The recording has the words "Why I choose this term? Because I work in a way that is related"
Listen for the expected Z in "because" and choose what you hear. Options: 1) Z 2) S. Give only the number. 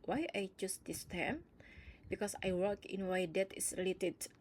2